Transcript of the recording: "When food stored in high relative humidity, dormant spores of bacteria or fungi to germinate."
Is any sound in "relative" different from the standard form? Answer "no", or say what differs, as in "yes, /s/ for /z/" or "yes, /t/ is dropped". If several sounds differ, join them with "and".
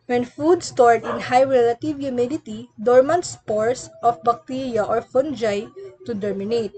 no